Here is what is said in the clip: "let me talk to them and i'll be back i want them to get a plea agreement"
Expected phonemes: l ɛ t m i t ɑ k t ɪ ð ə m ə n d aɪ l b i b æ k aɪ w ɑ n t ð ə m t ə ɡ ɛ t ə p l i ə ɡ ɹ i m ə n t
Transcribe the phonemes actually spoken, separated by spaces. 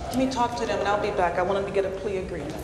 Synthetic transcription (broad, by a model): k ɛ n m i t ɑ k t ɪ ð ə m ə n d aɪ l b i b æ k aɪ w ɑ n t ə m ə ɡ ɛ t ə p l i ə ɡ ɹ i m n